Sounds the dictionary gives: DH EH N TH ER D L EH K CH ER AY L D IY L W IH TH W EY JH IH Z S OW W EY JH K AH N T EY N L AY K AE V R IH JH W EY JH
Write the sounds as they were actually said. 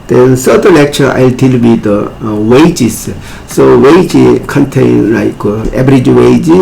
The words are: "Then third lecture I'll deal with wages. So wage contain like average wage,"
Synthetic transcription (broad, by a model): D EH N S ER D L EH K CH ER AY L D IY L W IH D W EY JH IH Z S OW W EY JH K AH N T EY N L AY K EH B R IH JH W EY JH